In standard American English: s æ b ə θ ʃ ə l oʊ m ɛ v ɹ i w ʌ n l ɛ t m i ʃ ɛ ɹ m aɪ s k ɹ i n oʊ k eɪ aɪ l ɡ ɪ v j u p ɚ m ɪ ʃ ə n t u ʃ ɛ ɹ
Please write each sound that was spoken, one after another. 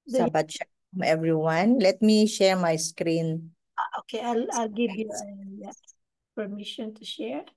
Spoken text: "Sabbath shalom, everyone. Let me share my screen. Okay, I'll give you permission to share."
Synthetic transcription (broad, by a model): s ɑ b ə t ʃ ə oʊ m ɛ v ɹ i w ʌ n l ɛ t m i ʃ ɛ ɹ m aɪ s k ɹ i n oʊ k eɪ aɪ l ɡ ɪ v j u p ɚ m ɪ ʃ ə n t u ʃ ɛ ɹ